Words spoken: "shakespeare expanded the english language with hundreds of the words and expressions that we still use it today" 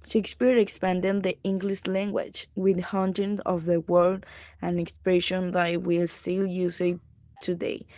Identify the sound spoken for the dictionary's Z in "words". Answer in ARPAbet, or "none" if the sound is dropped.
none